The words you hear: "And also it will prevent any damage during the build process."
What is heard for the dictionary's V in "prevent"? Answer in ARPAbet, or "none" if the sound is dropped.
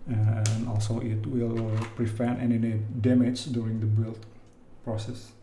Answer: F